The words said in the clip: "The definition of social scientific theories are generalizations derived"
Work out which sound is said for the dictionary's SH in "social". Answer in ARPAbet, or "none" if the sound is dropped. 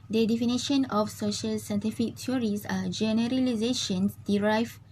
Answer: SH